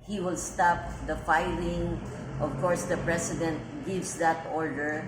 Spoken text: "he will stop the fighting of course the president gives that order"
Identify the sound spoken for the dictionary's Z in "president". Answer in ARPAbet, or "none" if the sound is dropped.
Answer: S